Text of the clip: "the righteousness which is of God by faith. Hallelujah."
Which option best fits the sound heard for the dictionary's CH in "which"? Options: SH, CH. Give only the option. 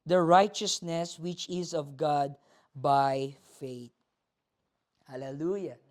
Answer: CH